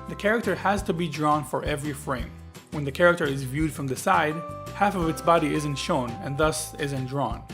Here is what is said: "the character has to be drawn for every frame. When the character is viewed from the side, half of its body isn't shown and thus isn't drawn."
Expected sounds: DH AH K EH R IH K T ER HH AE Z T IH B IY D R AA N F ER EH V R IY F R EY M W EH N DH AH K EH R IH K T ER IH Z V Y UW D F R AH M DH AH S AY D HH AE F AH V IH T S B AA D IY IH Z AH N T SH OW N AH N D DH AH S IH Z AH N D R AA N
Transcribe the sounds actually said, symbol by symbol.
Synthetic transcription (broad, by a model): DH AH K EH R IH K T ER HH AE Z T IH B IY D R AA N F ER EH V R IY F R EY M W EH N DH AH K EH R IH K T ER IH Z V Y UW D F R AH M DH AH S AY D HH AE F AH V IH T S B AA D IY IH Z AH N T SH OW N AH N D DH AH S IH Z AH N D R AA N